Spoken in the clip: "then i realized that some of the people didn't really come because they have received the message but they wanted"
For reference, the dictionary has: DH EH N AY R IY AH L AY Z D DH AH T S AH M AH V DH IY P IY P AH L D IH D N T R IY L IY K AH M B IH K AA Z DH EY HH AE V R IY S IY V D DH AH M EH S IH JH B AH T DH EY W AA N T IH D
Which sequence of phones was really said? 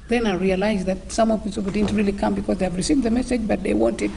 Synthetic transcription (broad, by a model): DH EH N AY R IY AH L AY Z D DH AH T S AH M AH V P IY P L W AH D IH D N T R IY L IY K AH M B IH K AA Z DH EY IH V R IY S IY V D DH AH M EH S IH JH B AH T DH EY W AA N T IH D